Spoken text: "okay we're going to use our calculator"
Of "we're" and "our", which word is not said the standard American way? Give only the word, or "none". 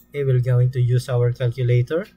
we're